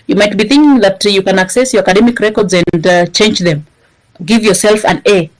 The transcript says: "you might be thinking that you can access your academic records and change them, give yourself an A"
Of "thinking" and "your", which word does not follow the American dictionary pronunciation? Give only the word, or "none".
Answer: none